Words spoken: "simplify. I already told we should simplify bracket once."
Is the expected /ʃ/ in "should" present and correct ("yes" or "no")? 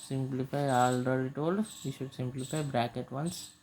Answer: yes